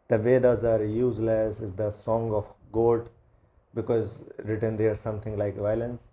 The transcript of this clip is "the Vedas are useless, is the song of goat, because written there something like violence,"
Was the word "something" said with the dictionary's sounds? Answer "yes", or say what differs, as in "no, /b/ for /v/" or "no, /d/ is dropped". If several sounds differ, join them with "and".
no, /t/ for /θ/